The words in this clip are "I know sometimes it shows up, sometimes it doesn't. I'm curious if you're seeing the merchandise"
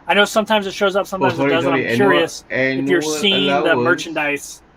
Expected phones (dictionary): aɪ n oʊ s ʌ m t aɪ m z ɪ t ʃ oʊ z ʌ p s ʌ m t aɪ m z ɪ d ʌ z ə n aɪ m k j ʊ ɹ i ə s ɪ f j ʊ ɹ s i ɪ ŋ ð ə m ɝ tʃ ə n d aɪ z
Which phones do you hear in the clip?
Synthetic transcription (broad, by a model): aɪ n oʊ s ʌ m t aɪ m z ɪ t ʃ oʊ z ʌ p s ʌ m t aɪ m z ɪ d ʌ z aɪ k j ʊ ɹ i ə s ɪ f j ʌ ɹ s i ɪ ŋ ð ə m ɝ tʃ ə n d aɪ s